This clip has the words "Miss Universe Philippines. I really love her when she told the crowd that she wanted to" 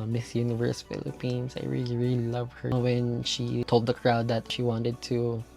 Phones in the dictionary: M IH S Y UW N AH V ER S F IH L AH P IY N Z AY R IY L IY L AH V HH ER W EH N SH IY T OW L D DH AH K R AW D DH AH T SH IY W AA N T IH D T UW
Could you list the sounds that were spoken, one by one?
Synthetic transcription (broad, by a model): M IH S Y UW N AH V ER S F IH L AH P IY N S AY R IY L IY L AH V HH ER W EH N SH IY T OW L D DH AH K R AW D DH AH T SH IY W AA N T IH D T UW